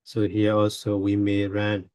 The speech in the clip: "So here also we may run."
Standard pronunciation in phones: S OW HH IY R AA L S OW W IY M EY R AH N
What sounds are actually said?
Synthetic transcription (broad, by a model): S OW HH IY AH AA L S OW W IY M EY R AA N